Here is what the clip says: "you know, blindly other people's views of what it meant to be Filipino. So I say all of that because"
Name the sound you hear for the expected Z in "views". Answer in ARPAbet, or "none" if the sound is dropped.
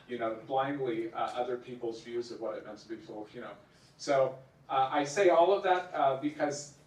Z